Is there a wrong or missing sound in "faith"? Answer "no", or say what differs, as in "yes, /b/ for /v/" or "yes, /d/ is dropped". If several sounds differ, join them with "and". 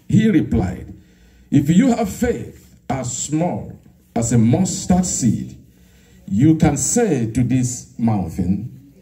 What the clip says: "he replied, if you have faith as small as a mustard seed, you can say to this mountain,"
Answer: no